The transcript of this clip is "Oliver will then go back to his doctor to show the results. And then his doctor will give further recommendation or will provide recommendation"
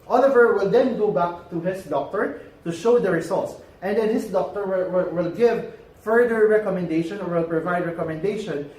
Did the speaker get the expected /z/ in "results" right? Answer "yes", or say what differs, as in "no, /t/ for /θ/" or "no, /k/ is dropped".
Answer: no, /s/ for /z/